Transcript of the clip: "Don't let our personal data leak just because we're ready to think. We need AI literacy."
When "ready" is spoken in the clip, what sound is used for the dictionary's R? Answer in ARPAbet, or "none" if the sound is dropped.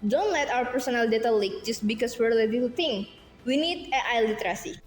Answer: L